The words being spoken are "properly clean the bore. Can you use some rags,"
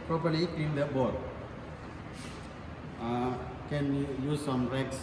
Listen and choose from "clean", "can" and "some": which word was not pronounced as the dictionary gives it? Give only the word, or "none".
clean